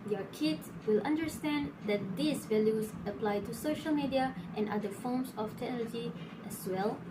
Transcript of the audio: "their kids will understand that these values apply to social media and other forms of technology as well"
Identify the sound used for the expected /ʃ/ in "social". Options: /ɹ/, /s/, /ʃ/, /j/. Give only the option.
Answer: /ʃ/